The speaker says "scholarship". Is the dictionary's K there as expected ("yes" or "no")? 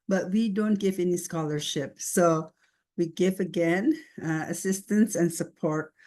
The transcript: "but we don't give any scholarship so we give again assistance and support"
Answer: yes